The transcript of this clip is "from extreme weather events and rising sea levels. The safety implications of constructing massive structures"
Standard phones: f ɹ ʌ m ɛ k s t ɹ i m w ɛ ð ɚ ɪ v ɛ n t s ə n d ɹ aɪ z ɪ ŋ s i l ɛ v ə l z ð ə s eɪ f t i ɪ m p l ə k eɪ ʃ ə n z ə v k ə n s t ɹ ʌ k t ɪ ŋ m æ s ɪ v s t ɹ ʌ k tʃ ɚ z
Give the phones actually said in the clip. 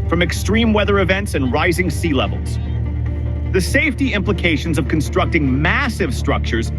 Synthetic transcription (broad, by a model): f ɹ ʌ m ɛ k s t ɹ i m w ɛ ð ɚ ɪ v ɛ n t s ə n ɹ aɪ z ɪ ŋ s i l ɛ v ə l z ð ə s eɪ f t i ɪ m p l ə k eɪ ʃ ə n z ə v k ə n s t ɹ ʌ k t ɪ ŋ m æ s ɪ v s t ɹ ʌ k tʃ ɚ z